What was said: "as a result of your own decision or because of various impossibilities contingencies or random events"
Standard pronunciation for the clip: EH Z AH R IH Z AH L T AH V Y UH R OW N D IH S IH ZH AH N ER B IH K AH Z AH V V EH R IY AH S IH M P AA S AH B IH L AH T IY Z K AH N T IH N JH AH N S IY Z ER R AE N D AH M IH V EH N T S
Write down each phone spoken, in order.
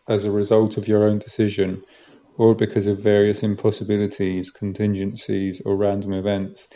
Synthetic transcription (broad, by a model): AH Z AH R IH Z AH L T AH V Y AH R OW N D IH S IH ZH AH N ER B IH K AH Z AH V V EH R IY AH S IH M P AA S AH B IH L AH T IY Z K AH N T IH N JH AH N S IY Z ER R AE N D AH M IH V EH N T S